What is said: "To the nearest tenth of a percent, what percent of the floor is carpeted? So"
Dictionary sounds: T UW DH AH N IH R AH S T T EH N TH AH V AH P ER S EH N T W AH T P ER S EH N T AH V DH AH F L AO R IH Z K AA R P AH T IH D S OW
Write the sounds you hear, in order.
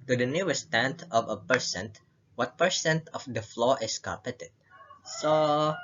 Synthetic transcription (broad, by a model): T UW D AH N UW AH S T T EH N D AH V AH P ER S EH N T W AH T P ER S EH N T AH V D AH F L AO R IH S K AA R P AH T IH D S OW